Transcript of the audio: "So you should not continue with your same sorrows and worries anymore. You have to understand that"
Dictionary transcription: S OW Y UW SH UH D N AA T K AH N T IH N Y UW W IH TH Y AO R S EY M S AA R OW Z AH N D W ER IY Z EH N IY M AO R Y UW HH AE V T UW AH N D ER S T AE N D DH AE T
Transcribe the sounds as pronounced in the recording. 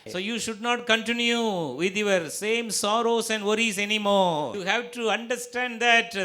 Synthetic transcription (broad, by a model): S OW Y UW SH UH D N AA T K AH N T IH N Y UW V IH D Y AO R S EY M S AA R OW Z AH N D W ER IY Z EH N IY M AO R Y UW HH AE V T UW AH N D ER S T AE N D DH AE T